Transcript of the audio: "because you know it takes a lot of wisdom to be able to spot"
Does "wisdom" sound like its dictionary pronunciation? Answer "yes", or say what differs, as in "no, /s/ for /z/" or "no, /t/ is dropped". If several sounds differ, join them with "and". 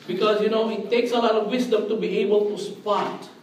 no, /s/ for /z/